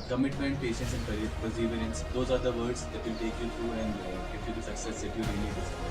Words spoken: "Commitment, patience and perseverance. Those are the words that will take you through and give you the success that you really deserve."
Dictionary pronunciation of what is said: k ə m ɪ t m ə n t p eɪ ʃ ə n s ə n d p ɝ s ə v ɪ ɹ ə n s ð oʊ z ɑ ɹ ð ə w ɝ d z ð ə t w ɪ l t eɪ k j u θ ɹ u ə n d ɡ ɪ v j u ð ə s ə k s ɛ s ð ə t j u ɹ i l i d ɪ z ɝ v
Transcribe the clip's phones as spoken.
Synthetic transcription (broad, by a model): k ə m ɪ t m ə n t p eɪ ʃ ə n s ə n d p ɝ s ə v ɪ ɹ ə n s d oʊ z ɑ ɹ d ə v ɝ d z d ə t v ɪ l t eɪ k j u t ɹ u ə n d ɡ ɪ p j u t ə s ə k s ɛ s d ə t j u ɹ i l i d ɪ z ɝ